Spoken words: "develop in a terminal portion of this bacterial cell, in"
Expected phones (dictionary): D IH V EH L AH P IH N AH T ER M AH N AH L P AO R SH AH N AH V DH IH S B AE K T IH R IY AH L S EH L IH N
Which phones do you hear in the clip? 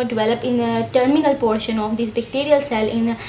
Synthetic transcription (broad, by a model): D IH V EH L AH P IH N AH T ER M AH N AH L P AO R SH AH N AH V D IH S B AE K T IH R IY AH L S EH L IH N